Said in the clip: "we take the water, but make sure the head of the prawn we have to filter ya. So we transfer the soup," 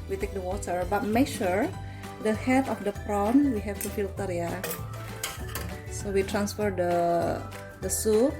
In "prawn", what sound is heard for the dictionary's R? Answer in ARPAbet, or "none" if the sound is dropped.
R